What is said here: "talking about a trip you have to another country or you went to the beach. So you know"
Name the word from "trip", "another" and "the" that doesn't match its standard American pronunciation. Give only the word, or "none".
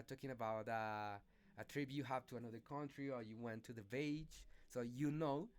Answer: trip